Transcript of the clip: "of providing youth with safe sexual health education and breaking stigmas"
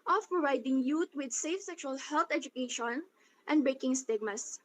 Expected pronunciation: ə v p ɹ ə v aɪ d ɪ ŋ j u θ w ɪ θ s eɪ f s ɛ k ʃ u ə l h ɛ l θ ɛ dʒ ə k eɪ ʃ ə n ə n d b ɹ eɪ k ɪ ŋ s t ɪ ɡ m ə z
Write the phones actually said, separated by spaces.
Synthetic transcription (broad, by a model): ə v p ɹ ə v aɪ d ɪ ŋ j u t w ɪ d s eɪ f s ɛ k ʃ u ə l h ɛ l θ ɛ dʒ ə k eɪ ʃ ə n ə n d b ɹ eɪ k ɪ ŋ s t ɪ ɡ m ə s